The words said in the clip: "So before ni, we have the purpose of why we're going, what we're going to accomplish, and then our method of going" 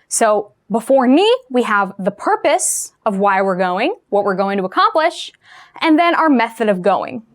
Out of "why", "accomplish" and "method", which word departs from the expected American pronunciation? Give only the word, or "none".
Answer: none